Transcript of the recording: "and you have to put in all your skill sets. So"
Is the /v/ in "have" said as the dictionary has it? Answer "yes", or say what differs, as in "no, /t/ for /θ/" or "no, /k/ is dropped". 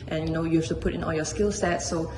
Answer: no, /f/ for /v/